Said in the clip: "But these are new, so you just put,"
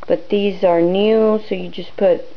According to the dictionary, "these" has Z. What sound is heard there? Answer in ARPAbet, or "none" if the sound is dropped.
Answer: Z